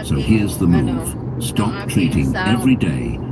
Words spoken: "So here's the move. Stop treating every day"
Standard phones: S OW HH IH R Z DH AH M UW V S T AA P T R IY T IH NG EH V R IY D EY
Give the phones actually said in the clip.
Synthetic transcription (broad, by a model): S OW HH IH R Z DH AH M UW V S T AA P T R IY T IH NG EH V R IY D EY